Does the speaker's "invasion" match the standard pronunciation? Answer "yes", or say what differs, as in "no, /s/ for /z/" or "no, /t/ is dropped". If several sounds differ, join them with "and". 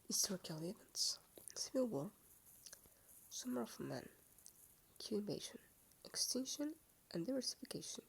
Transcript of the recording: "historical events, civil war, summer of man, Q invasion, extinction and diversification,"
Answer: no, /ʃ/ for /ʒ/